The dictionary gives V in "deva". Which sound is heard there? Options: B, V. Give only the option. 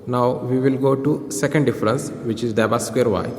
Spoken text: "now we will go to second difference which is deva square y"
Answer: B